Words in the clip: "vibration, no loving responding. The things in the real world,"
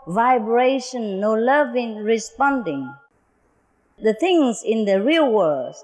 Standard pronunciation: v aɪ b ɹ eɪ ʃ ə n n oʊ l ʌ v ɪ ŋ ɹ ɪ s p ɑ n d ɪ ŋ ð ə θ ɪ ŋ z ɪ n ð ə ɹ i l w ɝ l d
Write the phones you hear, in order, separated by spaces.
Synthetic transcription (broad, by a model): v aɪ b ɹ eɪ ʃ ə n n oʊ l ʌ v ɪ ŋ ɹ ɪ s p ɑ n d ɪ ŋ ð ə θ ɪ ŋ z ɪ n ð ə ɹ i l w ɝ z